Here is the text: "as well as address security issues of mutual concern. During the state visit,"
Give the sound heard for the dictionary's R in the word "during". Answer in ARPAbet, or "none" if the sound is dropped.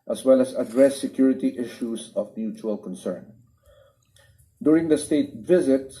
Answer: R